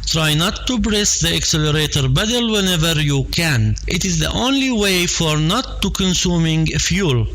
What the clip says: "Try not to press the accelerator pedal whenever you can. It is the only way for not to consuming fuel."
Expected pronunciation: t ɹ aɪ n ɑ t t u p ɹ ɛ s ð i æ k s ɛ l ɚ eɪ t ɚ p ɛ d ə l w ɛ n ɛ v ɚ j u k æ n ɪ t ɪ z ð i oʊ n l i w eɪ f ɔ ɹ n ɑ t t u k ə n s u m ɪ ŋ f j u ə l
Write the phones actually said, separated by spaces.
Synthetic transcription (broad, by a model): t ɹ aɪ n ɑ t t u b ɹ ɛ s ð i æ k s ɛ l ɚ eɪ t ɚ b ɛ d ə l w ɛ n ɛ v ɚ j u k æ n ɪ t ɪ z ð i oʊ n l i w eɪ f ɔ ɹ n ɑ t t u k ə n s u m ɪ ŋ f j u l